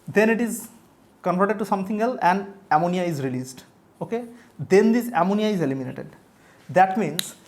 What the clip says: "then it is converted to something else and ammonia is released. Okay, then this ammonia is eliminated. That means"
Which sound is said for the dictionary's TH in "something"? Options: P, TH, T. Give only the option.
T